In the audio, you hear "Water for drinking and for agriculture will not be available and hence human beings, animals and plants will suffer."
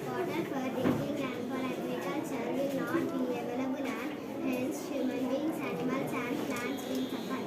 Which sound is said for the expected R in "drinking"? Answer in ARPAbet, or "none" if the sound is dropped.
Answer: none